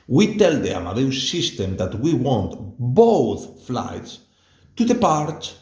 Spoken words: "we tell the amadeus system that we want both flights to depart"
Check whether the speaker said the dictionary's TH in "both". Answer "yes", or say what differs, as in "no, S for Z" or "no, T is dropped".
yes